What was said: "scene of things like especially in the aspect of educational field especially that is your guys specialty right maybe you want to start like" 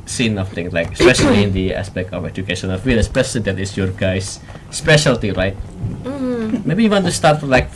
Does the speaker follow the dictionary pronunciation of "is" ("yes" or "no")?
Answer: no